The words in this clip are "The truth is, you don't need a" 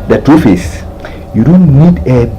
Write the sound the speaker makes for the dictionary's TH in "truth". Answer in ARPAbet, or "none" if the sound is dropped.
F